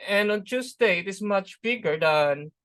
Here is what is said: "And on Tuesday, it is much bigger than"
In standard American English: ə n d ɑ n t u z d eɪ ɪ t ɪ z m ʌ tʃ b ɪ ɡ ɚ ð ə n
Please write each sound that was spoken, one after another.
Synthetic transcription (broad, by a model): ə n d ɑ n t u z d eɪ ɪ t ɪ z m ʌ tʃ b ɪ ɡ ɚ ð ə n